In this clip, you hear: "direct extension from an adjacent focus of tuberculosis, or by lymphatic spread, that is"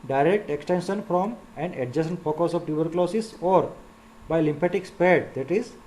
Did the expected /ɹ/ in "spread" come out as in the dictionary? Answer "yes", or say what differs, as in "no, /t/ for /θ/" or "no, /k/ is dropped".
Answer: no, /ɹ/ is dropped